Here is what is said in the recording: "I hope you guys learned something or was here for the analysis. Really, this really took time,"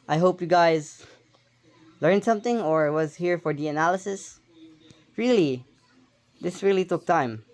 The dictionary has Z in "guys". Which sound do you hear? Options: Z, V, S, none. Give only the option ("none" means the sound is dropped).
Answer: Z